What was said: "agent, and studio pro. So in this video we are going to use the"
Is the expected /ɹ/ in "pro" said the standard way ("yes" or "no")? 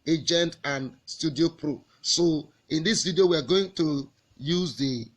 yes